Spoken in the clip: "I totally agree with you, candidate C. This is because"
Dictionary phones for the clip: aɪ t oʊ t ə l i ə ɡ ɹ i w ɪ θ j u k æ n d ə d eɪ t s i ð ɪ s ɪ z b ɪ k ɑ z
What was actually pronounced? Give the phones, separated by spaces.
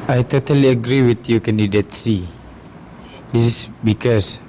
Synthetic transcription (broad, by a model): aɪ t oʊ t ə l i ə ɡ ɹ i w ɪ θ j u k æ n d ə d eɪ t s i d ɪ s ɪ s b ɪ k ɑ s